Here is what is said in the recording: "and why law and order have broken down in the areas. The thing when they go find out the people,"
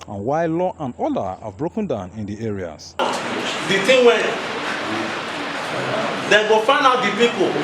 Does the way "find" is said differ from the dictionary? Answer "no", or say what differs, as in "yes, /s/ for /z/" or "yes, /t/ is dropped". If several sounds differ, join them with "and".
yes, /d/ is dropped